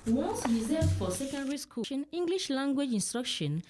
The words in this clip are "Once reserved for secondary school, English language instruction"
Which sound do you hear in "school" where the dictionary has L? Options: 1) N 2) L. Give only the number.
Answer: 1